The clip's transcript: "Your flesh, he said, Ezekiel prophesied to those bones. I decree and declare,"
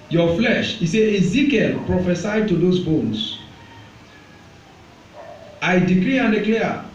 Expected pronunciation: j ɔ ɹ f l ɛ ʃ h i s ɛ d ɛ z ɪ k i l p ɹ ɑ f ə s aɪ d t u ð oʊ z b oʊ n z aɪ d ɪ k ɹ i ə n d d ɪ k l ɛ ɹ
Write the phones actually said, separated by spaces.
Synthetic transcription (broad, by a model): j ɔ f l ɛ ʃ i s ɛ ɛ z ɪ k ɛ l p ɹ ɑ f ə s aɪ d t u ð oʊ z b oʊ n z aɪ d ɪ k ɹ i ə n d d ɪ k l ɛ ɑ